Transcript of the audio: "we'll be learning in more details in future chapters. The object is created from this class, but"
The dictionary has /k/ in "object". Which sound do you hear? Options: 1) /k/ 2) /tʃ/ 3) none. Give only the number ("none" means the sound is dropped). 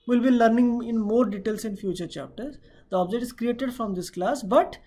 3